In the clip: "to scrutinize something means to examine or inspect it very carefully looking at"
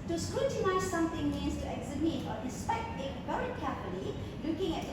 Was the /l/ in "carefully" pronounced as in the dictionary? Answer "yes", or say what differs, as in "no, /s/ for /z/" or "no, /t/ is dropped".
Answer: no, /n/ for /l/